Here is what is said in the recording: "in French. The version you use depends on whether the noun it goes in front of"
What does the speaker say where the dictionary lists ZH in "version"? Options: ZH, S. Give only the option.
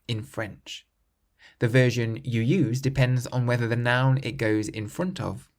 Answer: ZH